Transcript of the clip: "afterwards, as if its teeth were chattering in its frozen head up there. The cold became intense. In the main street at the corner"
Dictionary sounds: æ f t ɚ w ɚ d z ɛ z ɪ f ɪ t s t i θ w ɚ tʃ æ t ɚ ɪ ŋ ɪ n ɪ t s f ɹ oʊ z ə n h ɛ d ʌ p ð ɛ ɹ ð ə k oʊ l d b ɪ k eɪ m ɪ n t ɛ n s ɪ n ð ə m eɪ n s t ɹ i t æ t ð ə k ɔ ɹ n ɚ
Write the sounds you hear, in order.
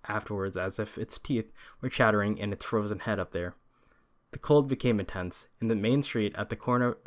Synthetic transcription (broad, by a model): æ f t ɚ w ɚ d z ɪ z ɪ f ɪ t s t i θ w ɚ tʃ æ t ɚ ɪ ŋ ɪ n ɪ t s f ɹ oʊ z ə n h ɛ d ʌ p ð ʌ ɹ ð ə k oʊ l d b ɪ k eɪ m ɪ n t ɛ n s ɪ n ð ə m eɪ n s t ɹ i t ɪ t ð ə k ɔ ɹ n ɚ